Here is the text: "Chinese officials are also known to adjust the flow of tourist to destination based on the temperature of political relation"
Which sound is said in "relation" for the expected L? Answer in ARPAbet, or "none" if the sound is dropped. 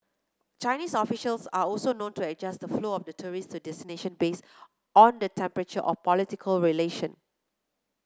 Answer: L